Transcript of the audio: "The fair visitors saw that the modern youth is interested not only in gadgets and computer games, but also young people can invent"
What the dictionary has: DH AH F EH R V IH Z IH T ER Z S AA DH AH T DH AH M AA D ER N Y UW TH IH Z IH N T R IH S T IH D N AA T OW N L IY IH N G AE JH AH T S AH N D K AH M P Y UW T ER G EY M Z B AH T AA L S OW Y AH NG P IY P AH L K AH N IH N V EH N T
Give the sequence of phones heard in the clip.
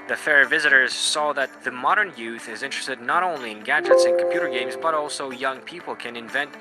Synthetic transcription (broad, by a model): DH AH F EH R V IH Z IH T ER Z S AA DH AH T DH AH M AA D ER N Y UW TH IH Z IH N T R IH S T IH D N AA T OW N L IY IH N G AE JH AH T S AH N K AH M P Y UW T ER G EY M Z B AH T AA L S OW Y AH NG P IY P L K AH N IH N V EH N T